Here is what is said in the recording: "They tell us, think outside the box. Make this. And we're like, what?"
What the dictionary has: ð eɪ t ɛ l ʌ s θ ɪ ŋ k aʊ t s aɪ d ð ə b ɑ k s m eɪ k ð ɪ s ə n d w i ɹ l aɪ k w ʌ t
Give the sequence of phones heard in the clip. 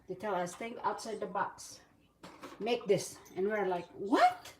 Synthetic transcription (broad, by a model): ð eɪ t ɛ l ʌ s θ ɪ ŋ aʊ t s aɪ d ð ə b ɑ k s m eɪ k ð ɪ s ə n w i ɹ l aɪ k w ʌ t